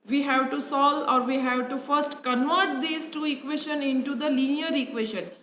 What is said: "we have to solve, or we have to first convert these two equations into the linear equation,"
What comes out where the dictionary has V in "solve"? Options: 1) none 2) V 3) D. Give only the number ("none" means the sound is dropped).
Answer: 1